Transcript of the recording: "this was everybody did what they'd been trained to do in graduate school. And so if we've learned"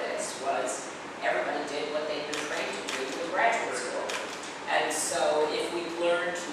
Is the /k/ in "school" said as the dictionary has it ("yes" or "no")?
no